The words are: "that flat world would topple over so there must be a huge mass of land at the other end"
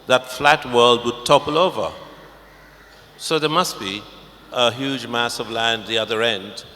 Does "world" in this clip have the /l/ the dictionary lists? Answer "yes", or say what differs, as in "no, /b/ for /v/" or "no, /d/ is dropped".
yes